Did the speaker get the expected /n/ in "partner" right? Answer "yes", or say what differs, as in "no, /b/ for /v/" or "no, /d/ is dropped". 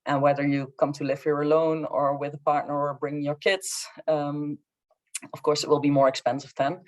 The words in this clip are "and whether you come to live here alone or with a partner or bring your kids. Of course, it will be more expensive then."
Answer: yes